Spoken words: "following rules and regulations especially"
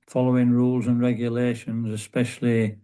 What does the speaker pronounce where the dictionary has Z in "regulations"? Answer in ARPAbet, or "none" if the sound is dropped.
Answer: Z